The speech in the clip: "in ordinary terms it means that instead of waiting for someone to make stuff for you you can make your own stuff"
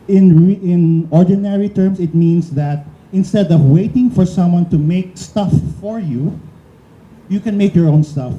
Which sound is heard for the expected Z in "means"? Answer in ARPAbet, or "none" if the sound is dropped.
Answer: S